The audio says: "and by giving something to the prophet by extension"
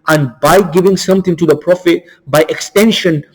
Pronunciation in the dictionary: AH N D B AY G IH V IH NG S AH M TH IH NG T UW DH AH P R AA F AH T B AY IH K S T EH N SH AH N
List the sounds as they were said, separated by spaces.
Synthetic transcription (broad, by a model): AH N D B AY G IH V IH NG S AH M T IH NG T UW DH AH P R AA F AH T B AY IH K S T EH N SH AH N